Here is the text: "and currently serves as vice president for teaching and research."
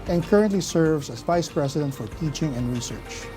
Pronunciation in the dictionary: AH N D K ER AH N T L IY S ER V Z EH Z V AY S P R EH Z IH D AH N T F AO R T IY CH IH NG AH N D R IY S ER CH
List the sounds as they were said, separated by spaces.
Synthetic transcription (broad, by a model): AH N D K ER AH N T L IY S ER V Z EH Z V AY S P R EH S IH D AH N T F AO R T IY CH IH NG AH N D R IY S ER CH